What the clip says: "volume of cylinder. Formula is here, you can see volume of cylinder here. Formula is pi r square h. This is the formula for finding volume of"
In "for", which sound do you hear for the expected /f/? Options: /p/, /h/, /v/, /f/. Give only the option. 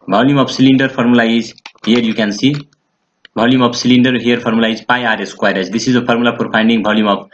/p/